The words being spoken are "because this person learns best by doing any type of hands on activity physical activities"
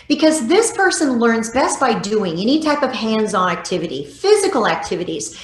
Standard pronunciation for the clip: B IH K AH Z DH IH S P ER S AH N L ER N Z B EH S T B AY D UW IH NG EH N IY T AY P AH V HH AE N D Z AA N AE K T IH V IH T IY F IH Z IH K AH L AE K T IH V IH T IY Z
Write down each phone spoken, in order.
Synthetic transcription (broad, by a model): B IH K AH Z DH IH S P ER S AH N L ER N Z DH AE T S B AY D UW IH NG EH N IY T AY P AH V HH AE N D Z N AE K T IH V IH T IY F IH Z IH K L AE K T IH V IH T IY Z